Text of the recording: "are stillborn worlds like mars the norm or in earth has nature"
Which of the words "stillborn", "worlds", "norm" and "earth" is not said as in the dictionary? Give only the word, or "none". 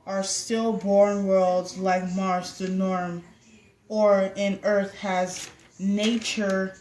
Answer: none